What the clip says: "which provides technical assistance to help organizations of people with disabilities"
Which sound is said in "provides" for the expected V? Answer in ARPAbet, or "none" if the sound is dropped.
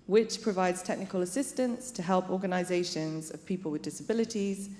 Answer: V